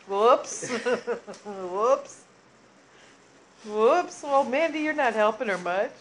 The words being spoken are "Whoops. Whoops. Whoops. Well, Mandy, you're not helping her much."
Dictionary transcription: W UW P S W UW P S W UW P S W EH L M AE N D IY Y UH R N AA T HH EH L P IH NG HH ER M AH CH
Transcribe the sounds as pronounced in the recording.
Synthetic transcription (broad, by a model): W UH P S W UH P S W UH P S W EH L M AE N D IY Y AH R N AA T HH EH L P IH NG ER M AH CH